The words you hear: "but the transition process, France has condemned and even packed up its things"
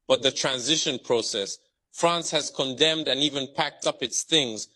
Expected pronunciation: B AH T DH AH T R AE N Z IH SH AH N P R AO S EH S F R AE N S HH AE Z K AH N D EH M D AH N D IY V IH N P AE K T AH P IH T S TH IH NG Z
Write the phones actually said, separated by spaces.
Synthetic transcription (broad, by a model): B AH T DH AH T R AE N Z IH SH AH N P R AO S EH S F R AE N S HH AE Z K AH N D EH M D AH N IY V IH N P AE K T AH P IH T S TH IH NG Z